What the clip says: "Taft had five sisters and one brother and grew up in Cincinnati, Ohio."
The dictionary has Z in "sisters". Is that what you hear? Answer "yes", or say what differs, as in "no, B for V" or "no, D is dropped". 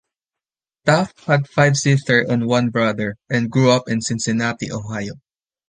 no, Z is dropped